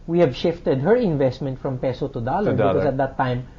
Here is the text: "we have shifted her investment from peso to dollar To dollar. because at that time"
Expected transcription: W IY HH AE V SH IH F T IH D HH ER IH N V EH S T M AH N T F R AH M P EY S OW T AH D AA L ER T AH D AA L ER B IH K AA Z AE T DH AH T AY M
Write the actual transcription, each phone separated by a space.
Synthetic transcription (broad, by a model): W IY HH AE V SH IH F T IH D HH ER IH N V EH S T M AH N T F R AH M P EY S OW T AH D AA L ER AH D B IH AA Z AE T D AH T AY M